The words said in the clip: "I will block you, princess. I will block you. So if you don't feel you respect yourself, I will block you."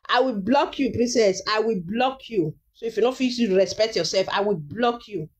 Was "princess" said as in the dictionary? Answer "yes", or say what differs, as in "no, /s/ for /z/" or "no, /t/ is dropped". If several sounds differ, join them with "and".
no, /n/ is dropped